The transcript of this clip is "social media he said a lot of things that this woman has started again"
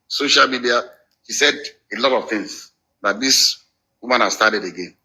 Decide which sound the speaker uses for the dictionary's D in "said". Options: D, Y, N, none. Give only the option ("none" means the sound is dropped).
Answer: D